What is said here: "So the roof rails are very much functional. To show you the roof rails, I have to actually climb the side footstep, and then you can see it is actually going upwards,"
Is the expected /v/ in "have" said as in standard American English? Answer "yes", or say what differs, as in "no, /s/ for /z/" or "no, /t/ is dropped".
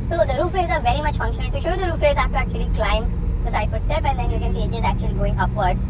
no, /f/ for /v/